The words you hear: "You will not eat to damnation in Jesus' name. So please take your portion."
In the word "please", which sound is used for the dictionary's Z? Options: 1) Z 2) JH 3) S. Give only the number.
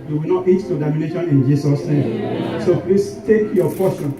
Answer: 3